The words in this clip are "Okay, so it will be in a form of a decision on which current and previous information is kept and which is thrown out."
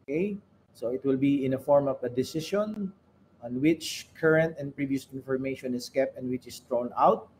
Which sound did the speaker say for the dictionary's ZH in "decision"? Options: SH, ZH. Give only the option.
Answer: SH